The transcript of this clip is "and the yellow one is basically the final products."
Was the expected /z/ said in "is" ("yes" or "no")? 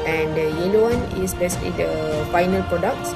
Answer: no